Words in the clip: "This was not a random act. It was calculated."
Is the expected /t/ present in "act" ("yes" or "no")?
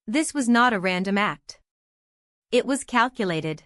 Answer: yes